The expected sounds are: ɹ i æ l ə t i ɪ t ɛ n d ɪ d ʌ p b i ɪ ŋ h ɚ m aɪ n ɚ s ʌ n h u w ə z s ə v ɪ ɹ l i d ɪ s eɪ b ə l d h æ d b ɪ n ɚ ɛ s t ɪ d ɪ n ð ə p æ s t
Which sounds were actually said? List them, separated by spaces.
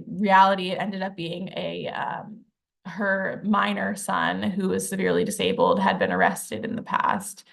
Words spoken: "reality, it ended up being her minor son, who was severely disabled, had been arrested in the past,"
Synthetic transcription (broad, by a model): ɹ i æ l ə t i ɪ t ɛ n d ɪ d ʌ p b i ɪ ŋ h ɚ m aɪ n ɚ s ʌ n h u w ə z s ə v ɪ ɹ l i d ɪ s eɪ b l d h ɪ d b ɪ n ɚ ɛ s t ɪ d ɪ n ð ə p æ s t